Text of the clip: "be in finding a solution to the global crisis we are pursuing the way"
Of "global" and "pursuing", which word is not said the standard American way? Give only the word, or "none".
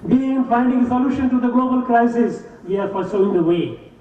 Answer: pursuing